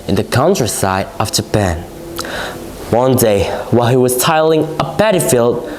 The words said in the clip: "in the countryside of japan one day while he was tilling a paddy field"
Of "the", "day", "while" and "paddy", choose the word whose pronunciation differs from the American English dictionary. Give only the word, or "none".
paddy